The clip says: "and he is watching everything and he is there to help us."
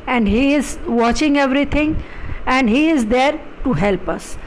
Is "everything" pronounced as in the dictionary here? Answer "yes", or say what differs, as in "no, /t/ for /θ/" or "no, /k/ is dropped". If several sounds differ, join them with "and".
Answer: no, /t/ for /θ/